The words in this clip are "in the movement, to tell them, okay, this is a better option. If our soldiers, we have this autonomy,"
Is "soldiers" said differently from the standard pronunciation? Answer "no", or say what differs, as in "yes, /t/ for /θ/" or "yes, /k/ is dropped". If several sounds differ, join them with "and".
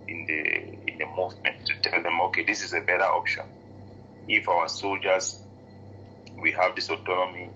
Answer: no